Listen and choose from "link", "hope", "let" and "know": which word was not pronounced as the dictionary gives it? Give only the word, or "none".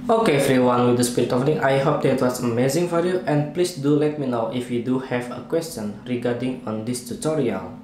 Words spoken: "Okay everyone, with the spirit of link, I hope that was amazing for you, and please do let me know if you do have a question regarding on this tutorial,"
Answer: link